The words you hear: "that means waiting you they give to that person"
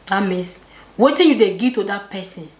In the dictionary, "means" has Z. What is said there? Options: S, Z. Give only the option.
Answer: S